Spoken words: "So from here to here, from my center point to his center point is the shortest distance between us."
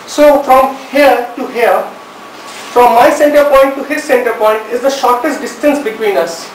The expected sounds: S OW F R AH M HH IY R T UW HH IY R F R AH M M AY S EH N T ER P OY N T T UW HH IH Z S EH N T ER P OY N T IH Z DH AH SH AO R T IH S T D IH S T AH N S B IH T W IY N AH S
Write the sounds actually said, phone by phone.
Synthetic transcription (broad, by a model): S OW F R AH M HH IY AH T UW HH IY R F R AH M M AY S EH N T ER P OY N T T UW HH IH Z S EH N T ER P OY N T IH Z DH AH SH AO R T IH S T D IH S T AH N S B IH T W IY N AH S